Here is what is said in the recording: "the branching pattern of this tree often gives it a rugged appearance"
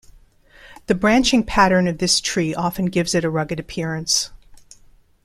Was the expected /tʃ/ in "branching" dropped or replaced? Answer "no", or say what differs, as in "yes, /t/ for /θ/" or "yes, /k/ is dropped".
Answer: no